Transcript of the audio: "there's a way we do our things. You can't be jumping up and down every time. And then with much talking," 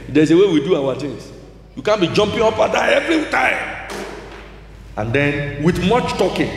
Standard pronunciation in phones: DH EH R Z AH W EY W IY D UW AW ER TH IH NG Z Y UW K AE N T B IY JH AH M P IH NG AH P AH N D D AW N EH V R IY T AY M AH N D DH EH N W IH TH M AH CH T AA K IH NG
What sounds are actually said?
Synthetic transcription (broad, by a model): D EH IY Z AH W EY W IY D UW AW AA T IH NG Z Y UW K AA N B IY JH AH M P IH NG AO P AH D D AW EH V R IY T AY M AH N D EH N W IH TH M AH CH T AA K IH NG